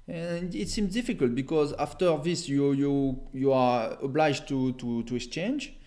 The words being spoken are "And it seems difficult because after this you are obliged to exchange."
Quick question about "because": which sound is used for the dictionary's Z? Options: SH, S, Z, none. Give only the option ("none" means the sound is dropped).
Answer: Z